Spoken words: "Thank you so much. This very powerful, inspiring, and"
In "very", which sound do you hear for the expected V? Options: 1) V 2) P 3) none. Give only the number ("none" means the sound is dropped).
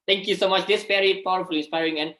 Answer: 2